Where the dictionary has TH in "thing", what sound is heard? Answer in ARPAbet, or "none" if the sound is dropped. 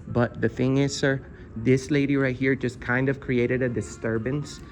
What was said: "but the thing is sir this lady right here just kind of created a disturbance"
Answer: TH